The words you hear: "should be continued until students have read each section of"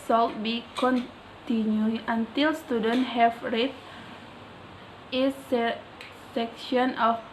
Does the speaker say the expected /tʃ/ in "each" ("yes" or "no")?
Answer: no